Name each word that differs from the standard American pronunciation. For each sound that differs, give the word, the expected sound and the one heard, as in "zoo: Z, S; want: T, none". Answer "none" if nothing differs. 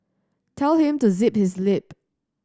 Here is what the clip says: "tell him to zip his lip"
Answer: none